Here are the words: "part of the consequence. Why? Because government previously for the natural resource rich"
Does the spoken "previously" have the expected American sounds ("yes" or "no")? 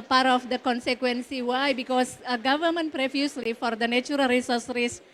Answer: no